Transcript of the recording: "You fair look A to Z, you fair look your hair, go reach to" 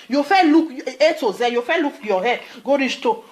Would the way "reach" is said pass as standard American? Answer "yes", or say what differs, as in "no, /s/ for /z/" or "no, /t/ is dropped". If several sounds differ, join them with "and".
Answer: no, /s/ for /tʃ/